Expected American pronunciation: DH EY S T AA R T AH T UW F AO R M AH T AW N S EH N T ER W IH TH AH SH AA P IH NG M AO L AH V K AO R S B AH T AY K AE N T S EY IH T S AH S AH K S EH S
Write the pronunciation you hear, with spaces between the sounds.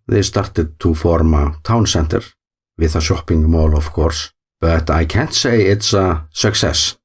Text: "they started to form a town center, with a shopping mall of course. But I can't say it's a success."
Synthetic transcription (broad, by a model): DH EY S T AA R T AH T UW F AO R M AH T AW N S EH N T ER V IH TH AH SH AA P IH NG M AO L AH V K AO R S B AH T AY K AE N T S EY IH T S AH S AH K S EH S